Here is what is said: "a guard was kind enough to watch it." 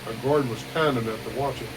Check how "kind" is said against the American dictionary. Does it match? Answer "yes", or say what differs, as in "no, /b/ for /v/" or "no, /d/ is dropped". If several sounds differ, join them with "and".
no, /d/ is dropped